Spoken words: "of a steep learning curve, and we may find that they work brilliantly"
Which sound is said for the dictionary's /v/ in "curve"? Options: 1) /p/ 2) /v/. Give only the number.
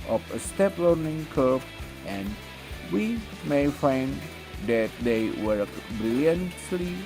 1